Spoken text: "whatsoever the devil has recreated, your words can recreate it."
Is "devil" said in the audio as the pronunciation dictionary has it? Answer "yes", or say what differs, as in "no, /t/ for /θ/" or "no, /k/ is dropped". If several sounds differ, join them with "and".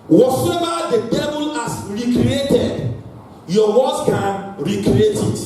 no, /b/ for /v/